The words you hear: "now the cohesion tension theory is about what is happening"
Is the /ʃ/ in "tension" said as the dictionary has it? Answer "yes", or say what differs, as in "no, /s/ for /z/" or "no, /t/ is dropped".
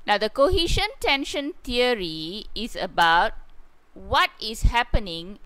yes